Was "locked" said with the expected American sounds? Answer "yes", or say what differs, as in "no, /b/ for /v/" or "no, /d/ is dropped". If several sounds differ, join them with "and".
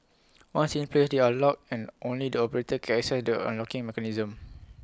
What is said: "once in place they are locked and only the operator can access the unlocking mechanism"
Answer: no, /t/ is dropped